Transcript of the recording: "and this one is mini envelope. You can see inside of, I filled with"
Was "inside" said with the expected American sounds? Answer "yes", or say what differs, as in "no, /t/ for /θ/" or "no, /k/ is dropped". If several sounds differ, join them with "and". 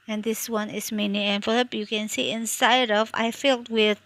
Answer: yes